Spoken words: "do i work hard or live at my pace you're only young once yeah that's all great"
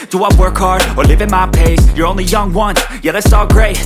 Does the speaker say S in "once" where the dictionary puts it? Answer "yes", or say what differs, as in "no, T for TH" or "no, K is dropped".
no, S is dropped